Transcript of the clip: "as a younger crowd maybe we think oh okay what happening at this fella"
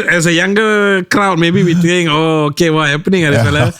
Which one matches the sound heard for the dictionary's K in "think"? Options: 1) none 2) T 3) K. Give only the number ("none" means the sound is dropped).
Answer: 1